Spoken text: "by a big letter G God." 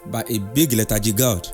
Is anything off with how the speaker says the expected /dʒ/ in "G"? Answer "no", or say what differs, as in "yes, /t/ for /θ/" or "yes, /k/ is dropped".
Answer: no